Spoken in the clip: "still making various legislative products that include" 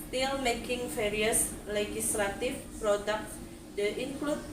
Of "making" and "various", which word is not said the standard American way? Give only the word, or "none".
various